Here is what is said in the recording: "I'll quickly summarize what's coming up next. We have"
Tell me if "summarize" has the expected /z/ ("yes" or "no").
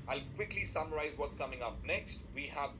yes